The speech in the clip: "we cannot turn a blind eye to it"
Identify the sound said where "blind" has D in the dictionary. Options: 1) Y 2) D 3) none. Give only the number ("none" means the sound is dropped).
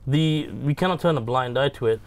2